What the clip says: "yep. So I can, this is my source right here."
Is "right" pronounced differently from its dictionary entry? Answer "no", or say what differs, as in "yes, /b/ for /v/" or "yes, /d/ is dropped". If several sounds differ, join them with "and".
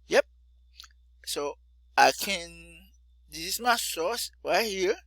yes, /w/ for /ɹ/